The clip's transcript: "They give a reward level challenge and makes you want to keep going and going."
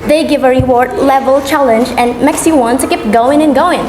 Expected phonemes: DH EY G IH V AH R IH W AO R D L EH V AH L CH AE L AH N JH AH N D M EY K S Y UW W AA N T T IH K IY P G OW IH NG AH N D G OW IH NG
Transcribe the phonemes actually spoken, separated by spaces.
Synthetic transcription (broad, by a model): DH EY G IH V AH R IH W AO R D L EH V AH L CH AE L AH N JH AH N M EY K S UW W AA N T T IH K IY P G OW IH NG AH N G OW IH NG